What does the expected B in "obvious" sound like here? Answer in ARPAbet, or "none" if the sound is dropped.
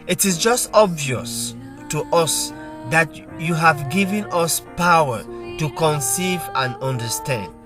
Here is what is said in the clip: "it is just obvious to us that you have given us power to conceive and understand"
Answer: B